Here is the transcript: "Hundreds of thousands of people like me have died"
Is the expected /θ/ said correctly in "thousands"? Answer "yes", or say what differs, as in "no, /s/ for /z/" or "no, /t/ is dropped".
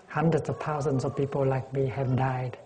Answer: no, /t/ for /θ/